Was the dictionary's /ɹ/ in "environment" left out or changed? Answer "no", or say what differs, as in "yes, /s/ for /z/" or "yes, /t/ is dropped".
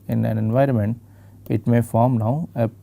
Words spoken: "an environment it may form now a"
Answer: no